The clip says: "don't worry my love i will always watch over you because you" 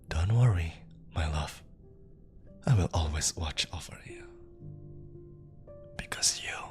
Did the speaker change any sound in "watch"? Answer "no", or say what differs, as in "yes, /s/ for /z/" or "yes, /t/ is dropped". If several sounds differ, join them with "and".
no